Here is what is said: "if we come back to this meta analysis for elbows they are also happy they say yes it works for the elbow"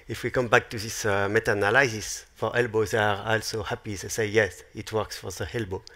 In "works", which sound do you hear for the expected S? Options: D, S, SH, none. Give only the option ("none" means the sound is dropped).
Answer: S